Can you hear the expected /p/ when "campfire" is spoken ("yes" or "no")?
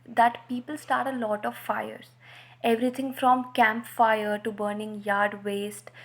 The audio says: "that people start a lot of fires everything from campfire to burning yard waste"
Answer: yes